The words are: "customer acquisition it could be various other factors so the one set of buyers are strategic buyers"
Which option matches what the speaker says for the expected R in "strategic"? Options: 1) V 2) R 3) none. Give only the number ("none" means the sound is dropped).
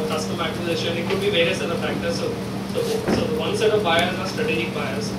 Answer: 2